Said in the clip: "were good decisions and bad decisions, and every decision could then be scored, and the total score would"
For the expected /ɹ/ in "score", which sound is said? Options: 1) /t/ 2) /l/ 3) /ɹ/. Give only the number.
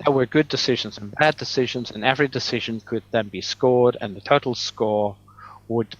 3